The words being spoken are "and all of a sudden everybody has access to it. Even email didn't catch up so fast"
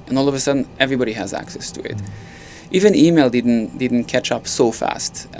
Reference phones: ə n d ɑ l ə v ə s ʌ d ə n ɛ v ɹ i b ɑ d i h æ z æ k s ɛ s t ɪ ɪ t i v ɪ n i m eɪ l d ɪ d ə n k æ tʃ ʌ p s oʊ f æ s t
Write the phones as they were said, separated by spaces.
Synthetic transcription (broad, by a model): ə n ɑ l ə v ə s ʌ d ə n ɛ v ɹ i b ɑ d i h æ z æ k s ɛ s t ɪ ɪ t i v ɪ n i m eɪ l d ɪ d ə n k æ tʃ ʌ p s oʊ f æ s t